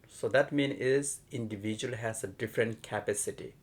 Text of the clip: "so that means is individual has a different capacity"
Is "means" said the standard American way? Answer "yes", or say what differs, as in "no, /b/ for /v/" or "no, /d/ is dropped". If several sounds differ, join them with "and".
no, /z/ is dropped